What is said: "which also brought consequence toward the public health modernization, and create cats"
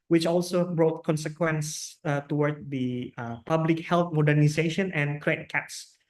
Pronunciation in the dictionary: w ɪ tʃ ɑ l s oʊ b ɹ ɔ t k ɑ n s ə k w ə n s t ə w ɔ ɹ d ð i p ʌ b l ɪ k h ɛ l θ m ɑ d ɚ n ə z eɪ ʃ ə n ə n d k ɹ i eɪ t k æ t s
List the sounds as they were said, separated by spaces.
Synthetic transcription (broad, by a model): w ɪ tʃ ɑ l s oʊ b ɹ ɔ t k ɑ n s ə k w ə n s t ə w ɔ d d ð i p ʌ b l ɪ k h ɛ l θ m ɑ d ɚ n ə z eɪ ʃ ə n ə n k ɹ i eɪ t k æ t s